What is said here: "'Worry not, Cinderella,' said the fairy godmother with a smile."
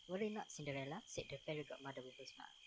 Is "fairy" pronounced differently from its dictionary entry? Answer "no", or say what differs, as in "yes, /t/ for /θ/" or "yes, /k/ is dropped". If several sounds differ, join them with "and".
yes, /p/ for /f/